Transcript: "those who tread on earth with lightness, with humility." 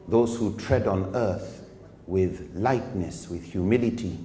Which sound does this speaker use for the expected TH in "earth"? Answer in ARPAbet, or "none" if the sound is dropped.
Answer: TH